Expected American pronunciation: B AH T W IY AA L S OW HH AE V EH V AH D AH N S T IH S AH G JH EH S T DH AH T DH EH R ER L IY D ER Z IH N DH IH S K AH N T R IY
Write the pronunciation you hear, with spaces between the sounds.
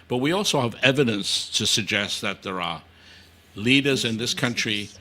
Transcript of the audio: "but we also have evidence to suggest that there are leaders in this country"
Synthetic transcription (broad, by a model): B AH T W IY AA L S OW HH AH V EH V AH D AH N S T IH S AH G JH EH S T DH AH T DH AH R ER L IY D ER Z IH N DH IH S K AH N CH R IY